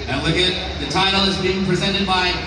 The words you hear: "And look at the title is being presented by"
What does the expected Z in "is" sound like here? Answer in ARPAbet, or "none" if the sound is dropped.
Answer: Z